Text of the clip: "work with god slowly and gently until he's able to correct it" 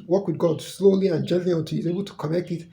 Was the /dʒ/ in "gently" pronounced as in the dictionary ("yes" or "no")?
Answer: yes